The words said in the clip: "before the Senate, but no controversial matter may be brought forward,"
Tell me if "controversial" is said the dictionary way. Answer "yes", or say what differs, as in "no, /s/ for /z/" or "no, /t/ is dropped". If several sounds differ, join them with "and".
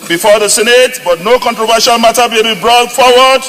yes